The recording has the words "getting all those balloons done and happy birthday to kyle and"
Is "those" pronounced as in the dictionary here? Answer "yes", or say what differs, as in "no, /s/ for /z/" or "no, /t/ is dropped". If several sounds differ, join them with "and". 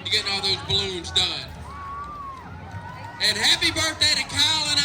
yes